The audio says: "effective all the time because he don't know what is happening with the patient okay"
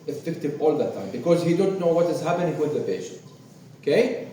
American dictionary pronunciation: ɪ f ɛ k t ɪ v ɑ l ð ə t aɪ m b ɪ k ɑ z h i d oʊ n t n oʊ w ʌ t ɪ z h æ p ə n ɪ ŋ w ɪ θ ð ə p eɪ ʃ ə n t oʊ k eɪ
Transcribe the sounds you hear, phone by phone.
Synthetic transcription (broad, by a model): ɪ f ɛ k t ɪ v ɑ l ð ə t aɪ m b ɪ k ɑ z h i d oʊ n t n oʊ w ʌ t ɪ z h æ p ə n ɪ ŋ w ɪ ð ə p eɪ ʃ ə n t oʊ k eɪ